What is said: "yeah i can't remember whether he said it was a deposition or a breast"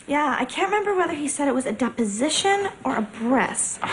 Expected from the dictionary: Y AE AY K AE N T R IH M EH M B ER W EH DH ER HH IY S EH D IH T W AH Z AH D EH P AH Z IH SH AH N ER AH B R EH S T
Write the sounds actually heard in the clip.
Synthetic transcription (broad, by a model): Y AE AY K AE N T R IH M EH M B ER W EH DH ER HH IY S EH D IH T W AH Z AH D EH P AH Z IH SH AH N ER AH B R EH S